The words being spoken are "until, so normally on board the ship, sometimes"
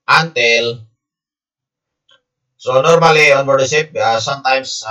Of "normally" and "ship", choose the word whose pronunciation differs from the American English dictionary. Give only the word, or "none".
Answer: ship